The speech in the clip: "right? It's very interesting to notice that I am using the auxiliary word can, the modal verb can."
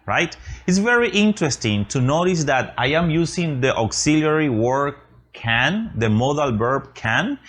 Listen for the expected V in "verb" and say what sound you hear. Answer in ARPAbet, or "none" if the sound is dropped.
B